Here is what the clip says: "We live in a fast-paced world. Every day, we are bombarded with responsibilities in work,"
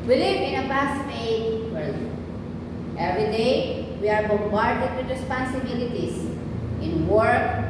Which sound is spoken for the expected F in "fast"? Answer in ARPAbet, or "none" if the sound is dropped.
P